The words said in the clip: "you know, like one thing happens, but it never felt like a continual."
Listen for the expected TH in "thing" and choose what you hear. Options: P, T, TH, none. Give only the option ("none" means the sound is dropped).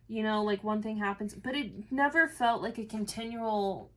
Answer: TH